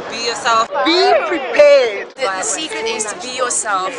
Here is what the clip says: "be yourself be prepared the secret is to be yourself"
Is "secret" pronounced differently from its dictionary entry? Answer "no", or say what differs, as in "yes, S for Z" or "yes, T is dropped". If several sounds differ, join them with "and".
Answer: yes, R is dropped